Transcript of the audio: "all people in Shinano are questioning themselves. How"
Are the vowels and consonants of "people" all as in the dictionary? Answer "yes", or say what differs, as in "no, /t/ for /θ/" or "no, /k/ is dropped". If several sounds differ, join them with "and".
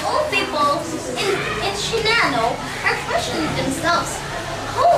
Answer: no, /n/ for /l/